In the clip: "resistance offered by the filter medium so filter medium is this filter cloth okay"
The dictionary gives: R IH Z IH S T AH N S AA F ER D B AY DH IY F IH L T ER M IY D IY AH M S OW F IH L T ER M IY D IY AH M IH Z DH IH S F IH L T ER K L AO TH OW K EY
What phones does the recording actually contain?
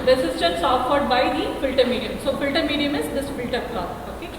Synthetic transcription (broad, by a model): R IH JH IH S T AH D S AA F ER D B AY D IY F IH L T ER M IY D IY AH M S OW F IH L T ER M IY D IY AH M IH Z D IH S F IH L T ER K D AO T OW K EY